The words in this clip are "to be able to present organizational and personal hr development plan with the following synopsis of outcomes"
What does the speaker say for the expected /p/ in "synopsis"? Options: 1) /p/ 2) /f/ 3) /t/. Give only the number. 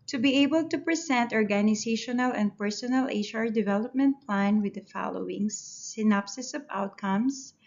1